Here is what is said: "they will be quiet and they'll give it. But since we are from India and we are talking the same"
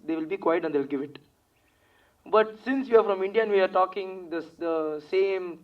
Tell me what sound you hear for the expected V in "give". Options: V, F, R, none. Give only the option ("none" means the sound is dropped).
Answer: V